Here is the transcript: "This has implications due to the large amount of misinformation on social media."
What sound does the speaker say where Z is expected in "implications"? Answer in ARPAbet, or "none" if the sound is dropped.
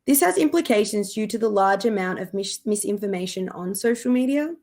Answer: Z